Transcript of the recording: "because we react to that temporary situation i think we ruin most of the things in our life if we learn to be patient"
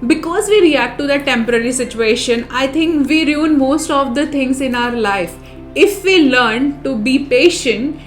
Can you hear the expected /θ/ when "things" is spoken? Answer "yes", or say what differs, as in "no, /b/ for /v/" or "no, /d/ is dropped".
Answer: no, /t/ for /θ/